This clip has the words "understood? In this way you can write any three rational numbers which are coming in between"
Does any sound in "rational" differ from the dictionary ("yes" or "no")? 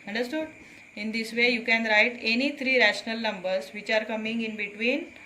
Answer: no